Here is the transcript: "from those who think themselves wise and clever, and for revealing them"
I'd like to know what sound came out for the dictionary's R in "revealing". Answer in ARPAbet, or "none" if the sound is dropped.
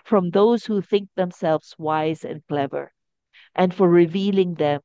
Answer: R